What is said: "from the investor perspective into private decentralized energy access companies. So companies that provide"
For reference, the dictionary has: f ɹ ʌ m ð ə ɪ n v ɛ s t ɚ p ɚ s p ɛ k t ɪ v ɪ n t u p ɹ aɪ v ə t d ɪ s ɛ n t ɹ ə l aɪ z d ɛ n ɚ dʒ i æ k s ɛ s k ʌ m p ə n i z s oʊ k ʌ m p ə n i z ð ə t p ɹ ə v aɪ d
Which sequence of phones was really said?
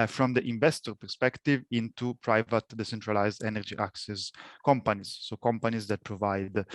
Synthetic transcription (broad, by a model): f ɹ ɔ m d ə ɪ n v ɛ s t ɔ p ɚ s p ɛ k t ɪ v ɪ n t u p ɹ aɪ v ə t d ɪ s ɛ n t ɹ ə l aɪ z d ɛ n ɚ dʒ i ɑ k s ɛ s k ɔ m p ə n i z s oʊ k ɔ m p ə n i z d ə t p ɹ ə v aɪ d